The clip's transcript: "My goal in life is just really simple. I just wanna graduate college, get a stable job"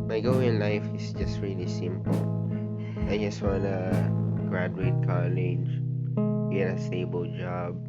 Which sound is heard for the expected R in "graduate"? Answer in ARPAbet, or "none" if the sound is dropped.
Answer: R